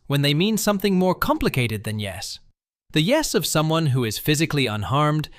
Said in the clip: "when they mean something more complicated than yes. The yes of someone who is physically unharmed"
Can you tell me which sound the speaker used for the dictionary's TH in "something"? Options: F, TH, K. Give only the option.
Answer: TH